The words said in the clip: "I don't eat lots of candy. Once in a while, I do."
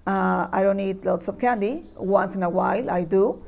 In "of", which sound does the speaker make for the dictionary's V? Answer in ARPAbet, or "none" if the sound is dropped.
P